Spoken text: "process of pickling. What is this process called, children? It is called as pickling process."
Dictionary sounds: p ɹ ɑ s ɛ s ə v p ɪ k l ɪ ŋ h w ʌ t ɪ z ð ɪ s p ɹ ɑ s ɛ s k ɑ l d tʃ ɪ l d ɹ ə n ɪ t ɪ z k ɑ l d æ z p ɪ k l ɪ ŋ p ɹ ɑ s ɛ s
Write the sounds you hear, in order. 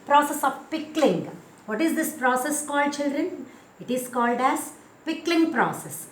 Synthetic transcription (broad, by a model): p ɹ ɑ s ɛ s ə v p ɪ k l ɪ ŋ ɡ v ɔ t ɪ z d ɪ s p ɹ ɑ s ɛ s k ɑ l d tʃ ɪ l d ɹ ə n ɪ t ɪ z k ɑ l d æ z p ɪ k l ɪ ŋ p ɹ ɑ s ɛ s